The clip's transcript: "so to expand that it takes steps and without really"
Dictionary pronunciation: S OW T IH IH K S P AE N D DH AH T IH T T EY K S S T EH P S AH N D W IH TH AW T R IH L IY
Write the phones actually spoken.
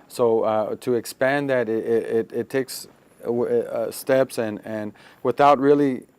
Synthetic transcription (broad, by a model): S OW T IH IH K S P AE N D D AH T IH T T EY K S S T EH P S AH N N W IH TH AW T R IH L IY